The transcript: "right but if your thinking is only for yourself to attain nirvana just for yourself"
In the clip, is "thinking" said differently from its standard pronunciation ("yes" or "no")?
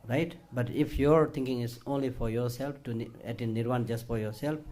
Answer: yes